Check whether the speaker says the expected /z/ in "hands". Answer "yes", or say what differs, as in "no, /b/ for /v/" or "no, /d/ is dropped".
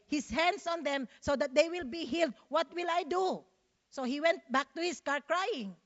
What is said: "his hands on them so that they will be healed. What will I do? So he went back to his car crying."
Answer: no, /s/ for /z/